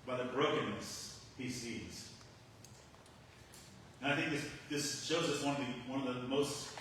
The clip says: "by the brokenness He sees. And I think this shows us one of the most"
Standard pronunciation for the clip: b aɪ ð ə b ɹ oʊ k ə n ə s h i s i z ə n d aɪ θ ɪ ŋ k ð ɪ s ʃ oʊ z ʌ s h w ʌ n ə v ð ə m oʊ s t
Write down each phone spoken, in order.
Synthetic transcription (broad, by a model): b aɪ ð ə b ɹ oʊ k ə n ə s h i s i z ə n aɪ θ ɪ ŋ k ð ɪ s ʃ oʊ z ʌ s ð w ʌ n ə v ð ə m oʊ s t